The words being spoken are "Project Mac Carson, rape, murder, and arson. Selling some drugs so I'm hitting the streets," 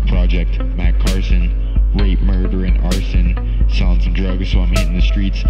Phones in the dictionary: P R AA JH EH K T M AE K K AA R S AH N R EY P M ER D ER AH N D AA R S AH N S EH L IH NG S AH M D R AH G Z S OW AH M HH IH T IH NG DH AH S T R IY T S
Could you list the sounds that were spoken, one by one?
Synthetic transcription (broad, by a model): P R AA JH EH K T M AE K K AA R S AH N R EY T M ER D ER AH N AA R S AH N S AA IH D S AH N D R AH G Z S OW AH M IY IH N DH AH S T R IY T S